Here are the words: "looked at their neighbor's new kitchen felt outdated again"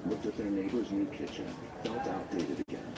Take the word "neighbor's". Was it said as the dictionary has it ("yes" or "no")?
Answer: yes